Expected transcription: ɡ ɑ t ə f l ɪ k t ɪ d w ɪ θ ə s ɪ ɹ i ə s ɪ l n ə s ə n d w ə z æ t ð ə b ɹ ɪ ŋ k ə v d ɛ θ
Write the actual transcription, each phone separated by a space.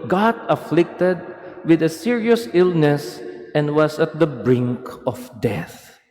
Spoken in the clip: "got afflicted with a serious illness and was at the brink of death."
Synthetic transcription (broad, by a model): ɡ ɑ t ə f l ɪ k t ɪ d w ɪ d ə s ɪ ɹ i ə s ɪ l n ə s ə n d w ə s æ t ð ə b ɹ ɪ ŋ k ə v d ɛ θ